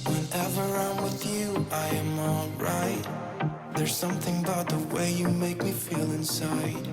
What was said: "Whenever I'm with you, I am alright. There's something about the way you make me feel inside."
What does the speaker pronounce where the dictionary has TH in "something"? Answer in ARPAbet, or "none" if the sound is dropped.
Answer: TH